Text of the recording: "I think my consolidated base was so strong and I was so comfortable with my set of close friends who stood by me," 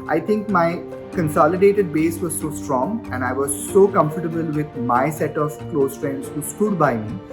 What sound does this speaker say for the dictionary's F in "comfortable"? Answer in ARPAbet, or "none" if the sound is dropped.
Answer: F